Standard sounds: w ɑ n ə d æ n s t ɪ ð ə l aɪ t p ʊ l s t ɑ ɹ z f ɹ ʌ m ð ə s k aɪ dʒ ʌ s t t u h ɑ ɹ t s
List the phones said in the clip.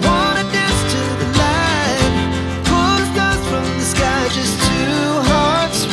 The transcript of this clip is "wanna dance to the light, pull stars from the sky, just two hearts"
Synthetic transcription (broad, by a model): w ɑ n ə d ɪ s t ɪ ð ə l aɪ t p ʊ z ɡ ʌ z f ɹ ʌ m ð ə s k aɪ dʒ ʌ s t t u h ɑ ɹ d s